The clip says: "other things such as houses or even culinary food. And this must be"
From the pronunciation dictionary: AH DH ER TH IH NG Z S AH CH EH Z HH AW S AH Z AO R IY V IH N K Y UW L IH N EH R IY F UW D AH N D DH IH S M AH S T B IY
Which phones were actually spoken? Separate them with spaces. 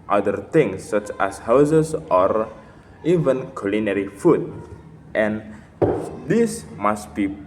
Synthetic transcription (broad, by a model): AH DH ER T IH NG S AH CH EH S HH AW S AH S AO R IY V IH N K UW L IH N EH R IY F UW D AH N D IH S M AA S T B IY